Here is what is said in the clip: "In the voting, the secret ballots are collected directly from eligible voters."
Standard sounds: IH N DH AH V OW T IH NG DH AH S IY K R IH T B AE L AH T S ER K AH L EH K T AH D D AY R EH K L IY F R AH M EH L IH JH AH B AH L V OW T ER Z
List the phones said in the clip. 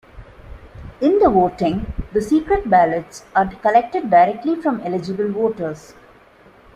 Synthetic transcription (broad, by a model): IH N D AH V OW T IH NG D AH S IY K R IH T B AE L AH T S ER K AH L EH K T AH D D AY R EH K L IY F R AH M EH L IH JH AH B AH L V OW T ER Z